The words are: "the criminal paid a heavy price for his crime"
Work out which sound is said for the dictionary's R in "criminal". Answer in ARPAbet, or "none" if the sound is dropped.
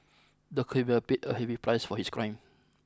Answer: none